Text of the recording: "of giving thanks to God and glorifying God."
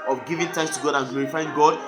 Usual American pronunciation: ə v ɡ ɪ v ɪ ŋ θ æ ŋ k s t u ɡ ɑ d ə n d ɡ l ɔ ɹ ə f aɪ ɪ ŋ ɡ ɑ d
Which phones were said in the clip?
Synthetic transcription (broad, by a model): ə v ɡ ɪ v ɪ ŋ t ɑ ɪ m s t u ɡ ɑ d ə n ɡ l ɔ ɹ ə f aɪ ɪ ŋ ɡ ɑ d